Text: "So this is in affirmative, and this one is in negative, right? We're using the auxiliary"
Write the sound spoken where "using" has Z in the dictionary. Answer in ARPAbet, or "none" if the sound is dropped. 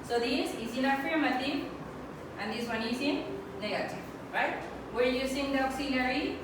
S